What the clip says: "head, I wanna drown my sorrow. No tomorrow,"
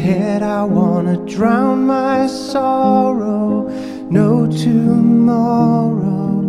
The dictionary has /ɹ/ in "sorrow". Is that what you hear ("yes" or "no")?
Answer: yes